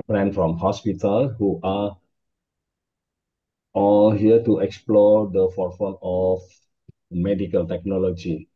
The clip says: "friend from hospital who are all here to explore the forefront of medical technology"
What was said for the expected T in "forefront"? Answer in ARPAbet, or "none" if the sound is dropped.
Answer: none